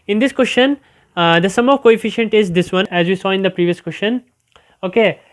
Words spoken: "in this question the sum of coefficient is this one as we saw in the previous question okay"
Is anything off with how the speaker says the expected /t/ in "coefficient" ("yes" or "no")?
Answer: no